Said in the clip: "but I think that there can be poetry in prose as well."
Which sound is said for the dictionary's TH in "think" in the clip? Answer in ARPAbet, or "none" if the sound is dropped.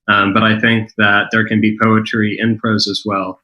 TH